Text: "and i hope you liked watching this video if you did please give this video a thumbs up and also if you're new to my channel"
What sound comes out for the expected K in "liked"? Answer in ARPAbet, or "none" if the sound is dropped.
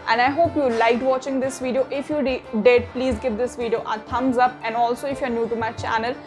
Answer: K